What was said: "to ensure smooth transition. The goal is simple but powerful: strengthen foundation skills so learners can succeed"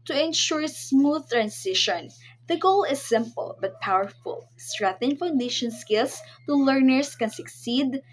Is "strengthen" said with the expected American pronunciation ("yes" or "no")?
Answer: no